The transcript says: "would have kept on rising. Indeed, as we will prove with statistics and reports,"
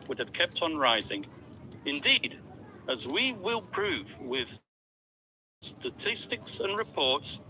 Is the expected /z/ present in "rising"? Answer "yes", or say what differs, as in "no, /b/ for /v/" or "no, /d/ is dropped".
yes